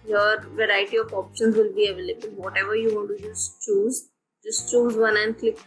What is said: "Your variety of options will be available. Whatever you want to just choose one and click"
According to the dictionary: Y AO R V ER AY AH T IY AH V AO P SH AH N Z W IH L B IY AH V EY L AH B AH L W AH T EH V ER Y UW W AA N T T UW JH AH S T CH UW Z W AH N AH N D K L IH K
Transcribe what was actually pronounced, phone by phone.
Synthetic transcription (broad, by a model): Y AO R V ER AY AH T IY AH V AO P SH AH N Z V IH L B IY AH V EY L AH B AH L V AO T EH V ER Y UW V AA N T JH UW JH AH S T CH UW Z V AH N AH N D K L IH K